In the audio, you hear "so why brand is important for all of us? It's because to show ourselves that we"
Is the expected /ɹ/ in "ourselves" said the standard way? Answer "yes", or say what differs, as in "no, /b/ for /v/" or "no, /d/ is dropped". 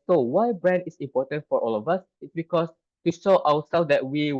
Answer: no, /w/ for /ɹ/